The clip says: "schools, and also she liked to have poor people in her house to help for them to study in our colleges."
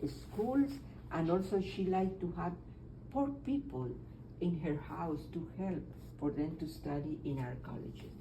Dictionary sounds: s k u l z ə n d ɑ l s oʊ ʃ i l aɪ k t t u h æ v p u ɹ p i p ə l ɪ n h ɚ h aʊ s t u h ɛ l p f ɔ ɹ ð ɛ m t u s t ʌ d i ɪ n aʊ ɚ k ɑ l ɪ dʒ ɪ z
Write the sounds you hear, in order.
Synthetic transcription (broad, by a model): s k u l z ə n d ɑ l s oʊ ʃ i l aɪ k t t u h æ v p u ɹ p i p ə l ɪ n h ɚ h aʊ s t u h ɛ l p f ɔ ɹ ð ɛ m t u s t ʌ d i ɪ n aʊ ɚ k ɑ l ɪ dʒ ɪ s